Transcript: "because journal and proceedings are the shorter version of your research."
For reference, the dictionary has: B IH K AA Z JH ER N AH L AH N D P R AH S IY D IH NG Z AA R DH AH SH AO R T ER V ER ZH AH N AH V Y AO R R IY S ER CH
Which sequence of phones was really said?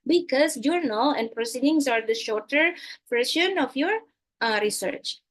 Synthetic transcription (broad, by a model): B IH K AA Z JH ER N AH AH N D P R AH S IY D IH NG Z AA R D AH SH AO R T ER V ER SH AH N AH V Y AO R R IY S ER CH